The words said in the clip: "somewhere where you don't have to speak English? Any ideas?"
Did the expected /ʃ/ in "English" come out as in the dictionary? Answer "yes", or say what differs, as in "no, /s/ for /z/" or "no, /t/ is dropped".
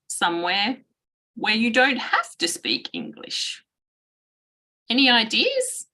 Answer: yes